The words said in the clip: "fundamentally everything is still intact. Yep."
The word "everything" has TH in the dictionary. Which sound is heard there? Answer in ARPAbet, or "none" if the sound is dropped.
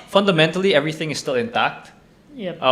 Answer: TH